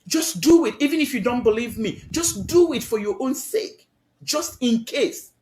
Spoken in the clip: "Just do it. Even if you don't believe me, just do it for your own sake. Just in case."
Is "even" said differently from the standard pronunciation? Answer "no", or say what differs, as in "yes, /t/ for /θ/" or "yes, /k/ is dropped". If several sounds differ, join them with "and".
no